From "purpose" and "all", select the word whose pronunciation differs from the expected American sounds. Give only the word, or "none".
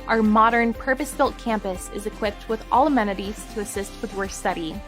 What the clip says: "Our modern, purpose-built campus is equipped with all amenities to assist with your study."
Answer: none